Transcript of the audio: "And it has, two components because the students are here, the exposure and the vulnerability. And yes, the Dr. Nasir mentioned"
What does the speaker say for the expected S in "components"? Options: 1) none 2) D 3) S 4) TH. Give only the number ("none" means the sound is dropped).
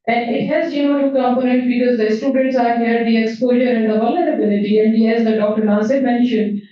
1